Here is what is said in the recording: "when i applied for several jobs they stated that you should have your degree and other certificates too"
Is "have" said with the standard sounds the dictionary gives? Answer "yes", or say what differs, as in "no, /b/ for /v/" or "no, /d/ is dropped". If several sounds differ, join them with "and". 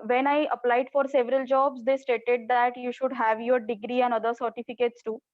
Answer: yes